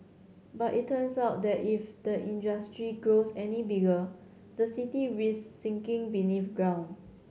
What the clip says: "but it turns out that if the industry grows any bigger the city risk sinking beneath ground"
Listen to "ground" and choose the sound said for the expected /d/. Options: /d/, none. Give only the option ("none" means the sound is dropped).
none